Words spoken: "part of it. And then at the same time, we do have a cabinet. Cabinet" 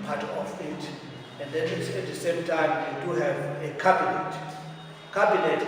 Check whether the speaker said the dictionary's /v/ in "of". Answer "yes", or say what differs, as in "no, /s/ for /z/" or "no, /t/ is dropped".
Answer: no, /f/ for /v/